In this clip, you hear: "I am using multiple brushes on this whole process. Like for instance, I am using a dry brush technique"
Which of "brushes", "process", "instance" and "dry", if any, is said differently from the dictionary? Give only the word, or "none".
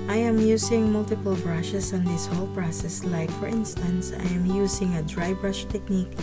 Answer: brushes